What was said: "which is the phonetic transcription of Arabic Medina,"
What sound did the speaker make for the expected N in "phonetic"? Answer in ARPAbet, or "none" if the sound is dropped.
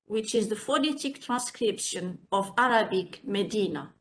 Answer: L